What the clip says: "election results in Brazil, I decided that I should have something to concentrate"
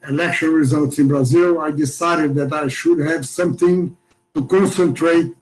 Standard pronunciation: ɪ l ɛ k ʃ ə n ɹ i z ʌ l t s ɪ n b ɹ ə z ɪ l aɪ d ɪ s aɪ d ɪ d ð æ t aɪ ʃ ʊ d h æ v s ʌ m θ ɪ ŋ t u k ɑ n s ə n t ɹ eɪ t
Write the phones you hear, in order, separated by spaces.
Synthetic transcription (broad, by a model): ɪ l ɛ k ʃ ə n ɹ i z ʌ l t s ɪ n b ɹ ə z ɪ l aɪ d ɪ s aɪ d ɪ d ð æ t aɪ ʃ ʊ d h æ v s ʌ m θ ɪ ŋ t u k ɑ n s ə n t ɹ eɪ t